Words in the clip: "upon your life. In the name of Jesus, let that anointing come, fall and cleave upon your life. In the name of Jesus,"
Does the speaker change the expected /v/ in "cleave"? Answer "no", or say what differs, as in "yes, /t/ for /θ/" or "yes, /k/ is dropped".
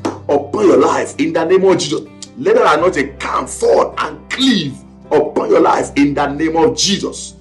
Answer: no